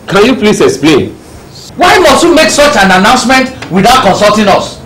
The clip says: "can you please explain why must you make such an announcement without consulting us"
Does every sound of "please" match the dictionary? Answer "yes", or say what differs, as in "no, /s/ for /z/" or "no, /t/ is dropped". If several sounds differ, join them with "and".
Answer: no, /s/ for /z/